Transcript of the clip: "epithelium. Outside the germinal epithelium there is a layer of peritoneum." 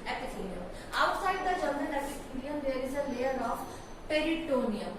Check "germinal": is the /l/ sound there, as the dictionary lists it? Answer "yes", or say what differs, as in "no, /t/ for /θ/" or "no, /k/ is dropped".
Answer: no, /n/ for /l/